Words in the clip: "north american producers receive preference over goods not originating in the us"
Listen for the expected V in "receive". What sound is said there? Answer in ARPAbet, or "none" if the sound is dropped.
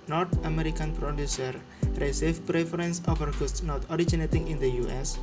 F